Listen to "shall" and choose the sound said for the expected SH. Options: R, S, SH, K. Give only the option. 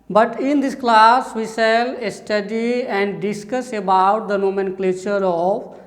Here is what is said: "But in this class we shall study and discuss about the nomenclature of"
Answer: S